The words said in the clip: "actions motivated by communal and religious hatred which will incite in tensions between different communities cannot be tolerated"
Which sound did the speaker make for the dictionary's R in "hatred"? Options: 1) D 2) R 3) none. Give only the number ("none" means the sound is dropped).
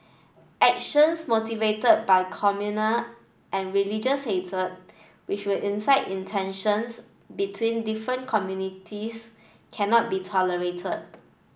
3